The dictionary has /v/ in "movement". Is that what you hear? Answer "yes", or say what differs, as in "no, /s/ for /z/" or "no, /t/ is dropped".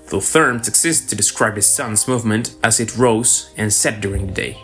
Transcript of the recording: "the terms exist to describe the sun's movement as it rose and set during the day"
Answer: yes